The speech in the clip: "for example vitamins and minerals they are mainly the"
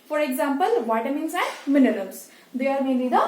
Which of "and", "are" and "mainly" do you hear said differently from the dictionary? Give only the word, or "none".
mainly